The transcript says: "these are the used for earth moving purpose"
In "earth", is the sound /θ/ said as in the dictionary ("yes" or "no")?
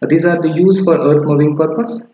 no